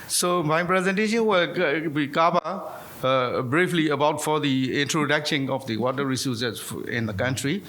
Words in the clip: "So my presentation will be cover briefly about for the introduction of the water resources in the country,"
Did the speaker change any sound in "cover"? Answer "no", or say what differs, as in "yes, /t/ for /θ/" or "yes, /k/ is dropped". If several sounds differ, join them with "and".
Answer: yes, /p/ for /v/